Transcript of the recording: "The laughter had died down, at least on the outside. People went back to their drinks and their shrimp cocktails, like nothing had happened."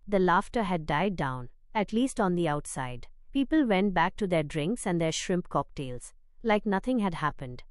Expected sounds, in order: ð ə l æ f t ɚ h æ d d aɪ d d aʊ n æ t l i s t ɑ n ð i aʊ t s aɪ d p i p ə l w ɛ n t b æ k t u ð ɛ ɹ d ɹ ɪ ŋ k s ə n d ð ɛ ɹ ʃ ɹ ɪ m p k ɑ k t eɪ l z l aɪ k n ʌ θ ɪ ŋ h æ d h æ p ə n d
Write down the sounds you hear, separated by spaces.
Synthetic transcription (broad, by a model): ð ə l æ f t ɚ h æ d d aɪ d d aʊ n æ t l i s t ɑ n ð i aʊ t s aɪ d p i p ə l w ɛ n t b æ k t u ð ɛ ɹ d ɹ ɪ ŋ k s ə n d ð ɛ ɹ ʃ ɹ ɪ m p k ɑ k t eɪ l z l aɪ k n ʌ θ ɪ ŋ h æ d h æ p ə n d